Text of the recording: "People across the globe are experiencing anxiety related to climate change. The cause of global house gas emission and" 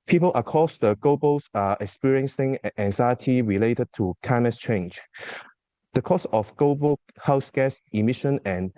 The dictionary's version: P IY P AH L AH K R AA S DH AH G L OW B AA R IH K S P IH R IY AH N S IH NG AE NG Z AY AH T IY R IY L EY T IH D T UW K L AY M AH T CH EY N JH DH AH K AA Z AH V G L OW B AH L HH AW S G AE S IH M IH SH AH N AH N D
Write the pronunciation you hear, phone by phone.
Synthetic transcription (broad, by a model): P IY P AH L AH K AA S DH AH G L OW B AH L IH K S P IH R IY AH N S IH NG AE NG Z AY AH T IY R IY L EY T IH D T UW K AY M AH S CH EY N JH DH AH K AA S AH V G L OW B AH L HH AW S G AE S IH M IH SH AH N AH N